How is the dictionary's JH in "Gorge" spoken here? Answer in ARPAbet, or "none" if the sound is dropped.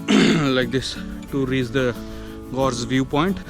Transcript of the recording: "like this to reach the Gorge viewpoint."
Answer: Z